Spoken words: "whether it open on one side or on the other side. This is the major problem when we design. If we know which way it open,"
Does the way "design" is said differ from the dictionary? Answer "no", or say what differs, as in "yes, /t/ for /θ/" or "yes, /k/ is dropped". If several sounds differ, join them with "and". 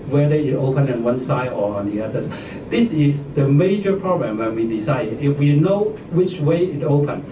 yes, /s/ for /z/